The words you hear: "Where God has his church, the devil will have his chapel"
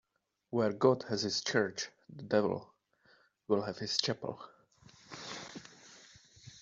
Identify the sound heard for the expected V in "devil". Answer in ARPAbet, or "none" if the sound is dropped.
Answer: V